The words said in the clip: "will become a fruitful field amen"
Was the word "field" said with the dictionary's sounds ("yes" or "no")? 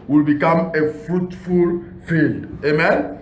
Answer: yes